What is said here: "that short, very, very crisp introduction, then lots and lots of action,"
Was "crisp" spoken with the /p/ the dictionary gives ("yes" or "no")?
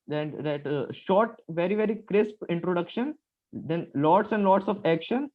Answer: yes